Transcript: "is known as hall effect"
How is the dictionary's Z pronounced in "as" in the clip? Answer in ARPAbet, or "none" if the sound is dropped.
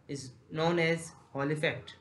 Z